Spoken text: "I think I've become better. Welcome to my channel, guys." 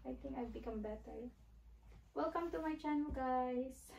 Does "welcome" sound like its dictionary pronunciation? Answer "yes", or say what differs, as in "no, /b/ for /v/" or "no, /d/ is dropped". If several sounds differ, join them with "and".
yes